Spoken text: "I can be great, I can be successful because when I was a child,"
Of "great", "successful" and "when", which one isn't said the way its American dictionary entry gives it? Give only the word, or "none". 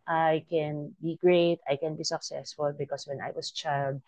none